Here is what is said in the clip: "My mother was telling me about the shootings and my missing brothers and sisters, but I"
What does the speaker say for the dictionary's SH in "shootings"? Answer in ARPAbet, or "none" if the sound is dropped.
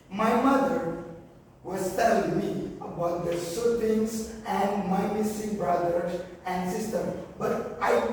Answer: S